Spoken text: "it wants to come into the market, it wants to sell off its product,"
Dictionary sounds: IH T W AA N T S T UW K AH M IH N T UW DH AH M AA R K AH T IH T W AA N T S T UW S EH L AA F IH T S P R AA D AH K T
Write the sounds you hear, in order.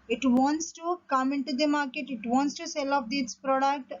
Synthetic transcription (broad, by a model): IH T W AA N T S T UW K AH M IH N T UW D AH M AA R K AH T IH T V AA N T S T UW S EH L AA P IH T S P R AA D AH K T